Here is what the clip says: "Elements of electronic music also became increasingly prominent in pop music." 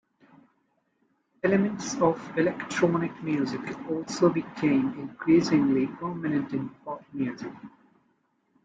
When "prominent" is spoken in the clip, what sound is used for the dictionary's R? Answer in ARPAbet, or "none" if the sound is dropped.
none